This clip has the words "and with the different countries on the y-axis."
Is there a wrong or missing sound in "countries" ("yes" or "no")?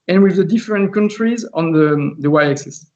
no